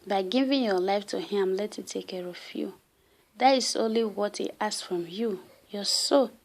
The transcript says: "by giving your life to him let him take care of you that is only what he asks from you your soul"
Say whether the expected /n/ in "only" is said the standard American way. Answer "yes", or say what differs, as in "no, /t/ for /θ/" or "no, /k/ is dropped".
yes